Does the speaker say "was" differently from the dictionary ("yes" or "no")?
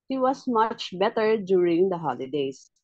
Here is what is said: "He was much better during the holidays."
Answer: yes